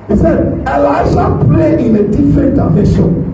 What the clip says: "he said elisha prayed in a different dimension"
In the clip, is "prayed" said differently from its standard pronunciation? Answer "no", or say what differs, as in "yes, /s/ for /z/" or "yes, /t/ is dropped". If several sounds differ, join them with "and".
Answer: yes, /d/ is dropped